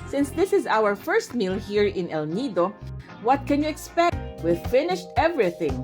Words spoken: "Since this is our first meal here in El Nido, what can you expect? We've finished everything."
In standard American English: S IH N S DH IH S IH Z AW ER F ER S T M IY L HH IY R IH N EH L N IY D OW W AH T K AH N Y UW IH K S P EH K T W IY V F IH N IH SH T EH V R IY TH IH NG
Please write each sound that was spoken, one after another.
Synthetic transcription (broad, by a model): S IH N S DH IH S IH Z AW ER F ER S T M IY L HH IY R IH N EH L N IY D OW W AH T K AH N Y UW IH K S P EH K T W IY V F IH N IH SH T EH V R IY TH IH NG